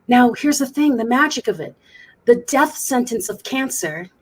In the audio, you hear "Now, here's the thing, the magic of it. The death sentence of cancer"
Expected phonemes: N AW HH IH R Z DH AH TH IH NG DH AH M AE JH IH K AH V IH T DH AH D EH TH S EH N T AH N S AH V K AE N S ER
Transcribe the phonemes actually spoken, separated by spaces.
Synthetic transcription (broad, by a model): N AW HH IH R Z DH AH TH IH NG DH AH M AE JH IH K AH V IH T DH AH D EH TH S EH N T AH N S AH V K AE N S ER